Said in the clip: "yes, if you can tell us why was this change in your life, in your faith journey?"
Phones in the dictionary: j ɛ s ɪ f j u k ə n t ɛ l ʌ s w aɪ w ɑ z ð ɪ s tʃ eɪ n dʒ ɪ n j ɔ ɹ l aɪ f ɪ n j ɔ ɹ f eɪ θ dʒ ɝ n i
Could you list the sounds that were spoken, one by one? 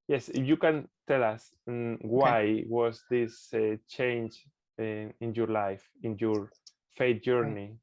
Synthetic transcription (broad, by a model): j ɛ s j u k ə n t ɛ l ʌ s w aɪ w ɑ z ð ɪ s tʃ eɪ n dʒ ɪ n j ɔ ɹ l aɪ f ɪ n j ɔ ɹ f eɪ t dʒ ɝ n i